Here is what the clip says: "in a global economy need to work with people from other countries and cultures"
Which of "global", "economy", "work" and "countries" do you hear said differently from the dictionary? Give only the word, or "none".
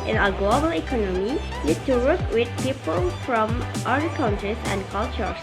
countries